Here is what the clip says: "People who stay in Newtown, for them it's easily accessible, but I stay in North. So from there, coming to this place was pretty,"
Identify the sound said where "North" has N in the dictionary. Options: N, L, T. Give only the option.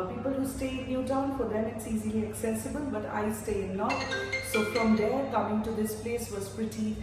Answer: L